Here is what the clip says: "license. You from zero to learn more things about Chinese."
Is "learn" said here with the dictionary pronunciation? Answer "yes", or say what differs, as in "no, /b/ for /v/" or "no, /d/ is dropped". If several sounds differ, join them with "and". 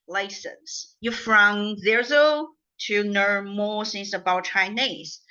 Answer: no, /n/ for /l/